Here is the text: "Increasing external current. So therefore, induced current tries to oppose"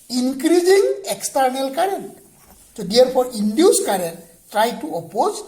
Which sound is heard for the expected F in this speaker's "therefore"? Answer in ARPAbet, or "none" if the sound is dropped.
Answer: P